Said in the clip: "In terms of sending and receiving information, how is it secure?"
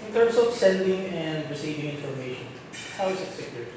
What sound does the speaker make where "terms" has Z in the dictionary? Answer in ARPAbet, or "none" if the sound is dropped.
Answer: S